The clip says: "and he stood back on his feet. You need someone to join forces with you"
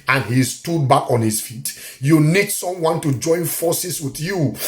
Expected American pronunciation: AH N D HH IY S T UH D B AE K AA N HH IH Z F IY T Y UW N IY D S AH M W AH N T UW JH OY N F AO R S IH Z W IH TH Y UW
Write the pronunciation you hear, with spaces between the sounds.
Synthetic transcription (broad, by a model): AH N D HH IY S T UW D B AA K AA N HH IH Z F IY T Y UW N IY D S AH M W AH N T UW JH OY N F AO S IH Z W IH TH Y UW